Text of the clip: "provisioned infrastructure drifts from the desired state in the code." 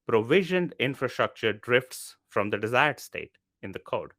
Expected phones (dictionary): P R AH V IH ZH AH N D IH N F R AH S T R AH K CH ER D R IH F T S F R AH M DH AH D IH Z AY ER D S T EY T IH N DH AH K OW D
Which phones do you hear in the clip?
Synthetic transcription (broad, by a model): P R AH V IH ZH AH N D IH N F R AH S T R AH K CH ER D R IH F T S F R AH M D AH D IH Z AY ER D S T EY T IH N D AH K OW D